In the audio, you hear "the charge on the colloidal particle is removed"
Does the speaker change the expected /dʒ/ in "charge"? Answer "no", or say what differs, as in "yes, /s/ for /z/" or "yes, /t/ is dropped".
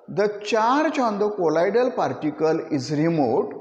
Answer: yes, /tʃ/ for /dʒ/